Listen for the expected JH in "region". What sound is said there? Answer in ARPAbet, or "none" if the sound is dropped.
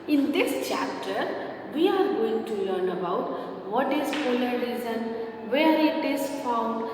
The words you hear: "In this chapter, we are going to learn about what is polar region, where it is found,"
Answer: Z